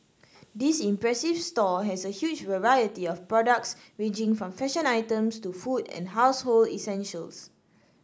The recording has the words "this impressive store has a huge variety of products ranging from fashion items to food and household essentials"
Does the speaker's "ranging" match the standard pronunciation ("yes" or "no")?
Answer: no